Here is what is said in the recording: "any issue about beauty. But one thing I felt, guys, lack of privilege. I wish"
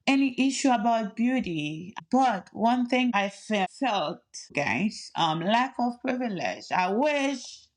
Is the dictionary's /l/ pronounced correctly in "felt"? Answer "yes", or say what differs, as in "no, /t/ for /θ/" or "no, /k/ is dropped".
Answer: yes